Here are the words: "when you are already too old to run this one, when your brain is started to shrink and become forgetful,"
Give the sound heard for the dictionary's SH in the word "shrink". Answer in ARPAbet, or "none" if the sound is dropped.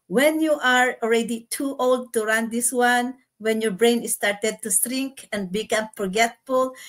S